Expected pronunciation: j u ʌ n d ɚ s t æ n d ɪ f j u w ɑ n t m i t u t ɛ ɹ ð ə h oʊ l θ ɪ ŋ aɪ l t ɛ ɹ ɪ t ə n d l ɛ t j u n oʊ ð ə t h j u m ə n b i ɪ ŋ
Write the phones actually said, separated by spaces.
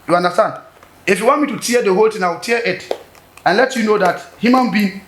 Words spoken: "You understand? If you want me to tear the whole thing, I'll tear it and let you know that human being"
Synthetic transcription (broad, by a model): j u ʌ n d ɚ s t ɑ n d ɪ f j u w ɑ n t m i t u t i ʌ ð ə h oʊ l t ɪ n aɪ w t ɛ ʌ ɪ t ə n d l ɛ t j u n oʊ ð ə t h j u m ə n b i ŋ